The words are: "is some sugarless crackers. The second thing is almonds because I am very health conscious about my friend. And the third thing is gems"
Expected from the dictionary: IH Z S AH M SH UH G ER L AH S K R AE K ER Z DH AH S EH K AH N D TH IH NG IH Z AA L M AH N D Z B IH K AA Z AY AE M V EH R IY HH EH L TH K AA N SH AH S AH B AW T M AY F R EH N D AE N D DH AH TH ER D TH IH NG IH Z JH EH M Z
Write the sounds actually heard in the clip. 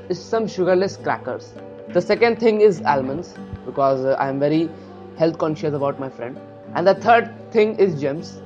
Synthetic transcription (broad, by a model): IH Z S AH M SH UH G ER L AH S K R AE K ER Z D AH S EH K AH N D T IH NG IH Z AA L M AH N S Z B IH K AA Z AY M V EH R IY HH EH L T K AA N SH AH S AH B AW T M AY F R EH N D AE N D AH T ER D T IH NG IH Z JH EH M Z